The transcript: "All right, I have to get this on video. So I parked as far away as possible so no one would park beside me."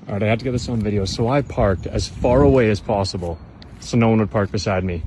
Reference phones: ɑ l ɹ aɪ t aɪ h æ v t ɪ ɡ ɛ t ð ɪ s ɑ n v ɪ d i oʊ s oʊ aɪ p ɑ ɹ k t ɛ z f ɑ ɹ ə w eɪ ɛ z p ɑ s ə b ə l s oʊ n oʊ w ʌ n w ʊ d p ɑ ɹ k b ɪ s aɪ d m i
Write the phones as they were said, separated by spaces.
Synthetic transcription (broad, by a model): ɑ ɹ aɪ ɪ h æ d t ɪ ɡ ɛ t ð ɪ s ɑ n v ɪ d i oʊ s oʊ aɪ p ɑ ɹ k t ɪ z f ɑ ɹ ə w eɪ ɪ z p ɑ s ə b ə l s oʊ n oʊ w ʌ n w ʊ d p ɑ ɹ k b ɪ s aɪ d m i